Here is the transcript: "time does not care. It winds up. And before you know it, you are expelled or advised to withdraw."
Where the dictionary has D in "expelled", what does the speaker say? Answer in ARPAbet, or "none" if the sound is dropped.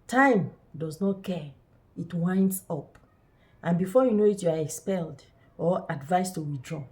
D